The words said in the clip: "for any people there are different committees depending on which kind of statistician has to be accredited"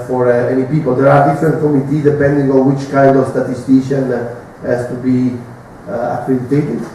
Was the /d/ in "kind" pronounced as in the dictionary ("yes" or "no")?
yes